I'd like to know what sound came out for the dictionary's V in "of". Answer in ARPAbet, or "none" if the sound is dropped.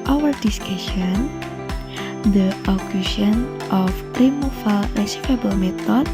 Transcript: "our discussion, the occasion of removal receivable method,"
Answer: P